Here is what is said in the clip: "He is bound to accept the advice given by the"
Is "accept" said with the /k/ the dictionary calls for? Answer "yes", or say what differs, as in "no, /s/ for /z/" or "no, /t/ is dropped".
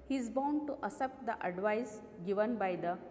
no, /k/ is dropped